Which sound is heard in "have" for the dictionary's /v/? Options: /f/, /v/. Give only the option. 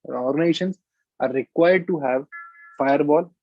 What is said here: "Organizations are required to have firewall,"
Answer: /v/